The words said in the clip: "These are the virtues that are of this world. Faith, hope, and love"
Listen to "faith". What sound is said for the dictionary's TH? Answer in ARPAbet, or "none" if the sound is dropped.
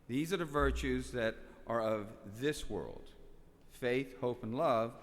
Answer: TH